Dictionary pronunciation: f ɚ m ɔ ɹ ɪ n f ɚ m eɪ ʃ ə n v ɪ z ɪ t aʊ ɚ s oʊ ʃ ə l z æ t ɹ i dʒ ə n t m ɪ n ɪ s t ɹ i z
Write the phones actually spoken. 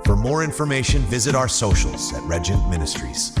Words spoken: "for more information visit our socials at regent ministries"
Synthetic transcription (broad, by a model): f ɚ m ɔ ɹ ɪ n f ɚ m eɪ ʃ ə n v ɪ z ɪ t aʊ ɚ s oʊ ʃ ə l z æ t ɹ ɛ dʒ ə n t m ɪ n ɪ s t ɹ i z